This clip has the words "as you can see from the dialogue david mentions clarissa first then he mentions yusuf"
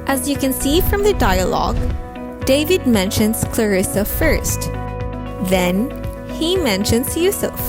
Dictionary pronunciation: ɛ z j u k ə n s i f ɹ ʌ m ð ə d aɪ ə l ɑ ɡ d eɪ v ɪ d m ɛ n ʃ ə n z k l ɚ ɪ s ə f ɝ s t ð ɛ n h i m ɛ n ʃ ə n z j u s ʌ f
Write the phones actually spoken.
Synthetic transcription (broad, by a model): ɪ z j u k ə n s i f ɹ ʌ m ð ə d aɪ ə l ɑ ɡ d eɪ v ɪ d m ɛ n ʃ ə n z k l ɚ ɪ s ə f ɝ s t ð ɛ n h i m ɛ n ʃ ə n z j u s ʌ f